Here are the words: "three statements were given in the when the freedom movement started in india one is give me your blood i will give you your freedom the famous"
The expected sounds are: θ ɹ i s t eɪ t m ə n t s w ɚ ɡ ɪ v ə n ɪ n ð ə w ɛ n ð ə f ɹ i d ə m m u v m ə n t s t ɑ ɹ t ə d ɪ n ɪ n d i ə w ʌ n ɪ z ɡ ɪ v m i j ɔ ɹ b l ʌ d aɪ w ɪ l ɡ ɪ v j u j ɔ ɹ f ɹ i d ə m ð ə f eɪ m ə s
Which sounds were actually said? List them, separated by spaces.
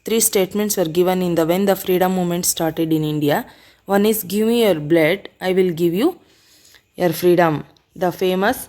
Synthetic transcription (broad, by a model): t ɹ i s t eɪ t m ə n t s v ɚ ɡ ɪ v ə n ɪ n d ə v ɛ n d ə f ɹ i d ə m m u m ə n t s t ɑ ɹ t ə d ɪ n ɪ n d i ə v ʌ n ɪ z ɡ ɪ v m i j ɔ ɹ b l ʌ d aɪ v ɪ l ɡ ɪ v j u j ɔ ɹ f ɹ i d ə m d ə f eɪ m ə s